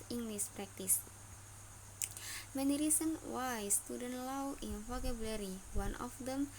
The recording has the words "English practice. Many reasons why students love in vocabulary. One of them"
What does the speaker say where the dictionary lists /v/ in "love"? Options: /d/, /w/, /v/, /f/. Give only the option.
/w/